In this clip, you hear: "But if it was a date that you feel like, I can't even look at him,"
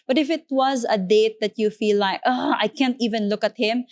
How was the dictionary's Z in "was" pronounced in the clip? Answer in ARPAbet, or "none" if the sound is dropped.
Z